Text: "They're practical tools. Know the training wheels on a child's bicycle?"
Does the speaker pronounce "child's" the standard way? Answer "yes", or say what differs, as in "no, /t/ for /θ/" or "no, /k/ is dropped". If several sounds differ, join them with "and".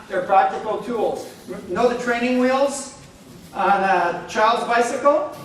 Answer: yes